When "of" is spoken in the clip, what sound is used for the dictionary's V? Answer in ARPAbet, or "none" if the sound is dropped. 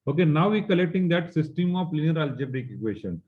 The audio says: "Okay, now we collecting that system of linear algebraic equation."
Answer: P